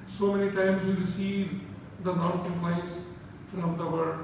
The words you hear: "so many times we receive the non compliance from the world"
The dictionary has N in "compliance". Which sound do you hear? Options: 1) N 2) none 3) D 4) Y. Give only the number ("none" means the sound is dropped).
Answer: 2